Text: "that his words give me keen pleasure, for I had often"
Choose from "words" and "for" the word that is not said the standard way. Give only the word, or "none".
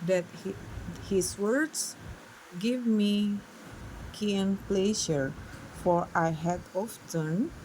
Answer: words